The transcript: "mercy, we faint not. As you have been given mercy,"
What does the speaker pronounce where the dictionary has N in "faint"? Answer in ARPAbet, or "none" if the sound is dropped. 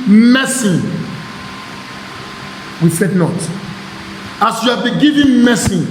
none